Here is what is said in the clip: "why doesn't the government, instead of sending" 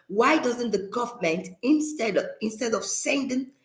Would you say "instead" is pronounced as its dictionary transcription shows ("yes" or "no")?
yes